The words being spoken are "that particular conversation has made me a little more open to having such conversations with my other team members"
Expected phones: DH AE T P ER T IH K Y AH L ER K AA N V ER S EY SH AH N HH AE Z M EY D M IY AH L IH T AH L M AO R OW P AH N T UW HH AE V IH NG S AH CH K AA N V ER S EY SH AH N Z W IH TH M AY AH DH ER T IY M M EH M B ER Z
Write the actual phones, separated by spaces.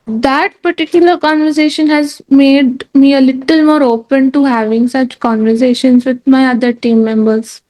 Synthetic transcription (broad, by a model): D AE T P ER T IH K Y AH L ER K AA N V ER S EY SH AH N HH AE Z M EY D M IY AH L IH T AH L M AO R OW P AH N T UW HH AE V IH NG S AH CH K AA N V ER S EY SH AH N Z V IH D M AY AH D ER T IY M M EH M B ER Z